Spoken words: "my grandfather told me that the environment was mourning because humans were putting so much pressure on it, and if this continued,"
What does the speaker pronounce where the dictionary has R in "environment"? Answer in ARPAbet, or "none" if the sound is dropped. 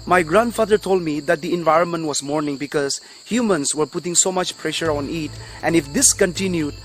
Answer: R